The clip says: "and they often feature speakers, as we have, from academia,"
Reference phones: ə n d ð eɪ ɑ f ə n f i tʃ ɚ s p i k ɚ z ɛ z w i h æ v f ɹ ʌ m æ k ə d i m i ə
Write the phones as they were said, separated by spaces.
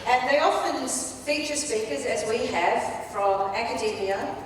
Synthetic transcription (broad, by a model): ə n ð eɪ ɑ f ə n f i tʃ ɚ s p i k ɚ z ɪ z w i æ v f ɹ ʌ m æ k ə d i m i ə